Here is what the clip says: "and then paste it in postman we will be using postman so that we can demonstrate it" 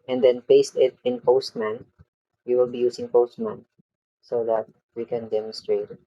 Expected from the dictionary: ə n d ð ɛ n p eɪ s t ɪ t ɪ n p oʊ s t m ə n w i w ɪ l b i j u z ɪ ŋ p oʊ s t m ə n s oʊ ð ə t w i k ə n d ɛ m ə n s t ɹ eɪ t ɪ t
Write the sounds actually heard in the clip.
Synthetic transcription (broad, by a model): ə n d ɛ n p eɪ s t ɪ t ɪ n p oʊ s t m ə n w i w ɪ l b i j u s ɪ ŋ p oʊ s t m ə n s oʊ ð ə t w i k ə n d ɛ m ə n s t ɹ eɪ ɪ t